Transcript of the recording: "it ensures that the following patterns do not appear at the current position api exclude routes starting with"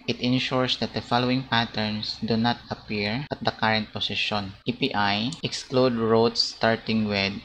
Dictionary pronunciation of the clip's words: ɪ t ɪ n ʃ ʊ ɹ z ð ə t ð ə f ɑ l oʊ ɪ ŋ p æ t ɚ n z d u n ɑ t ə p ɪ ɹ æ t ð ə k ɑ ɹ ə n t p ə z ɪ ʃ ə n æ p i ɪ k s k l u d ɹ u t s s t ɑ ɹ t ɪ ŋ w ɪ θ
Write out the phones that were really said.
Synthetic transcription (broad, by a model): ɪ t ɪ n ʃ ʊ ɹ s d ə t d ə f ɑ l oʊ ɪ ŋ p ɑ t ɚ n s d u n ɑ t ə p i ɹ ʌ t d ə k ɑ ɹ ə n t p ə s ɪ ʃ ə n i p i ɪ k s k l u d ɹ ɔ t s s t ɑ ɹ t ɪ ŋ w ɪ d